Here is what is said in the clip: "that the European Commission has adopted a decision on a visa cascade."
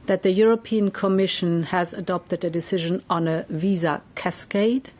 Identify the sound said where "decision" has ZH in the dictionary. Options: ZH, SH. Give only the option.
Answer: ZH